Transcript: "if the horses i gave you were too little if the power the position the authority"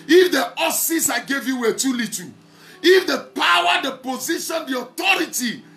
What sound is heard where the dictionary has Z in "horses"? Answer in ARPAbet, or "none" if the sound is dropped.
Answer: S